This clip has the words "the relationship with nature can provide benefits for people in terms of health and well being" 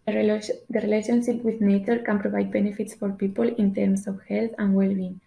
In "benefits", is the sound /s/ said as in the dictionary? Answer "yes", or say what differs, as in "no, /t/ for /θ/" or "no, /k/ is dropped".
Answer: yes